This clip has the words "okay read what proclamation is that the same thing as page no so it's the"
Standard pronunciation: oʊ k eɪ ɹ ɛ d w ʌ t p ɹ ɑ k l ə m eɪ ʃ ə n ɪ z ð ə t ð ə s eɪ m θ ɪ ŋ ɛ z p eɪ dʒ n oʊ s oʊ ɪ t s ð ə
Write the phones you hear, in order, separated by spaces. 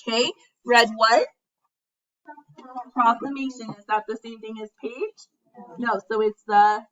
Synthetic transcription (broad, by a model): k eɪ ɹ ɛ d w ʌ t p ɹ ɑ k l ə m eɪ ʃ ə n ɪ z ð ə t ð ə s eɪ m θ ɪ ŋ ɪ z p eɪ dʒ n oʊ s oʊ ɪ t s ð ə